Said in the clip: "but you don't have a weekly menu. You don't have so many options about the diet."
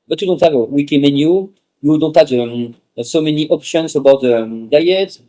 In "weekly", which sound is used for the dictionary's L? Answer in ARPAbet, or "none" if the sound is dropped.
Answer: none